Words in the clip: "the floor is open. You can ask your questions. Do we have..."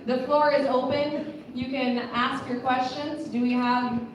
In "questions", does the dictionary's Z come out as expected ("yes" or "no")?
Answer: yes